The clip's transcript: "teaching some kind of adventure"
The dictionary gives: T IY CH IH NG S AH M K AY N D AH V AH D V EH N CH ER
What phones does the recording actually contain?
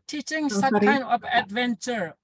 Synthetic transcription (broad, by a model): T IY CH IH NG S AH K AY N AH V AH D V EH N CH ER